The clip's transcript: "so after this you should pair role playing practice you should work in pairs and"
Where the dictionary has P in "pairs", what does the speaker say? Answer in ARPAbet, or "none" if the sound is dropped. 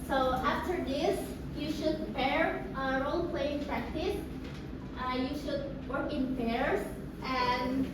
F